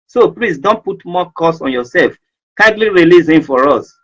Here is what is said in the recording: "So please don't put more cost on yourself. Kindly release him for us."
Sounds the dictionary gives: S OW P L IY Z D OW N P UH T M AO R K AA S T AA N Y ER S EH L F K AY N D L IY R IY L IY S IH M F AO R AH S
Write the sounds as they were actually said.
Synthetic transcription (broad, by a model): S OW P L IY S D OW N P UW T M AO K AA S AA N Y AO S EH L F K AY N D L IY R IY L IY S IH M F AO R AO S